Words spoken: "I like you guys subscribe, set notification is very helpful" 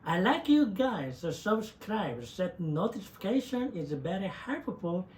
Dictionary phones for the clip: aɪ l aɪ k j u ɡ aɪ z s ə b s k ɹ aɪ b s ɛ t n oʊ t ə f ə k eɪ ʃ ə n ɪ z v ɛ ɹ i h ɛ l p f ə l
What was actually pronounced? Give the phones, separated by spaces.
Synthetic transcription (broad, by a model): aɪ l aɪ k j u ɡ aɪ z s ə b s k ɹ aɪ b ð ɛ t n oʊ t ə f ə k eɪ ʃ ə n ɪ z b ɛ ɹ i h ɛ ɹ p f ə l